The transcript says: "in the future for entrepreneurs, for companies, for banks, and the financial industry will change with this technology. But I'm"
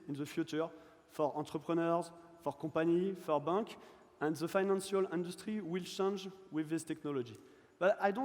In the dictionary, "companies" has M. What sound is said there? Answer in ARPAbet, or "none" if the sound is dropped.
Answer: none